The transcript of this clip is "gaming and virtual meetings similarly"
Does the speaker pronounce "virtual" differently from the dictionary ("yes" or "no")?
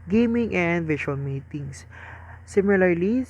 yes